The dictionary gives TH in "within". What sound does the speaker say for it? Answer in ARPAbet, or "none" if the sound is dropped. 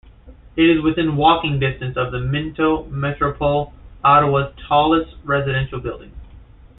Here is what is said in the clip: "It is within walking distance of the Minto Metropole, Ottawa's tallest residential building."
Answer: TH